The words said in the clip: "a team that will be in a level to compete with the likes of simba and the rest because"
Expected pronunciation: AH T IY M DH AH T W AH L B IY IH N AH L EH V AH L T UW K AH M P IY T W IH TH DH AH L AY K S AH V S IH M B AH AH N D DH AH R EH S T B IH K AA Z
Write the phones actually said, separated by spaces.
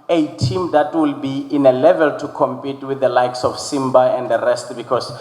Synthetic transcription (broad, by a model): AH T IY M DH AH T W AH L B IY IH N AH L EH V AH L T UW K AH M P IY T W IH TH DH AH L AY K S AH F S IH M B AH AH N D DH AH R EH S T B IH K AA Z